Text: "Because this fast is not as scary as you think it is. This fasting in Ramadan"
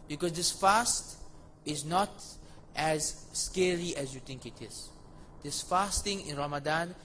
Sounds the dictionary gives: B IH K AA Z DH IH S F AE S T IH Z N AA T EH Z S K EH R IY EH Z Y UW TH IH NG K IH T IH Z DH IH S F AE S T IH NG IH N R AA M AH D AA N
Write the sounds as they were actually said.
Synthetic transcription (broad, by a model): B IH K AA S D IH S F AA S T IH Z N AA T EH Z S K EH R IY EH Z Y UW T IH NG K IH T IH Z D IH S F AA S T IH NG IH N R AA M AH D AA N